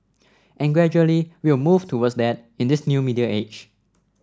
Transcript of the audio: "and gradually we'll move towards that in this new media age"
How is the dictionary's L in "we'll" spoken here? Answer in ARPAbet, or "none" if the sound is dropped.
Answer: W